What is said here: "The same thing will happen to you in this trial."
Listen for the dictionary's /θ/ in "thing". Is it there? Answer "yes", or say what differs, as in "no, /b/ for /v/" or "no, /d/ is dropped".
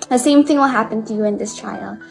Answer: yes